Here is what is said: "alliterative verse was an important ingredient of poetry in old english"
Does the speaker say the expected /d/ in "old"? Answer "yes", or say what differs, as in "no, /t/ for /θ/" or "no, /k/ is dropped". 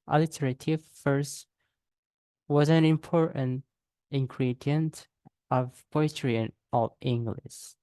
no, /d/ is dropped